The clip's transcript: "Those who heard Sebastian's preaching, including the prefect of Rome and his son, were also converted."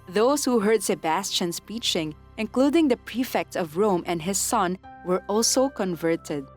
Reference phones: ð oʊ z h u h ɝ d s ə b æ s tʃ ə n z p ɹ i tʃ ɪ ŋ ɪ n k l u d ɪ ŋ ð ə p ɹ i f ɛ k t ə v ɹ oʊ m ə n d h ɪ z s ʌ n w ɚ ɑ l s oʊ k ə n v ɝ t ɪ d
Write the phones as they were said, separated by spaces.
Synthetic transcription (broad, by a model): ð oʊ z h u h ɝ d s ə b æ s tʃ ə n s p i tʃ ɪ ŋ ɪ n k l u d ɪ ŋ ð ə p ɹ i f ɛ k t ə v ɹ oʊ m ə n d h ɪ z s ʌ n w ɚ ɑ l s oʊ k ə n v ɝ t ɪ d